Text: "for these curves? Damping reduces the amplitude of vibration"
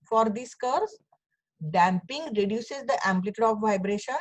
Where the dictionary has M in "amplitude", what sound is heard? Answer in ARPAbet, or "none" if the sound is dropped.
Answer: M